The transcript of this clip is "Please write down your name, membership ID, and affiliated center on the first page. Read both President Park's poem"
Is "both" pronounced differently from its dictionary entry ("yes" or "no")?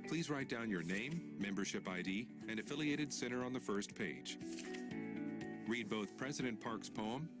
no